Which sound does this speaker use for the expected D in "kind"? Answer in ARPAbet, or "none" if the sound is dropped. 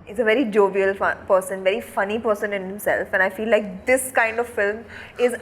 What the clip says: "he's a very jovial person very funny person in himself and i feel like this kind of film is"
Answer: D